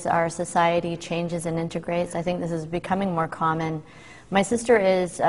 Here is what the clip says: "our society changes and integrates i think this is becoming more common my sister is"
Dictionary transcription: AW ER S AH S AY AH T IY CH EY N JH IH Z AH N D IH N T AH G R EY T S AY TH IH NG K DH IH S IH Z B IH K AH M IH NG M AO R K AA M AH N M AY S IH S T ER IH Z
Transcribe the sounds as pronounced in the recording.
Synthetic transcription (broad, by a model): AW ER S AH S AY AH T IY CH EY N JH IH Z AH N IH N T AH G R EY T S AY TH IH NG K DH IH S IH Z B IH K AH M IH NG M AO R K AA M AH N M AY S IH S T ER IH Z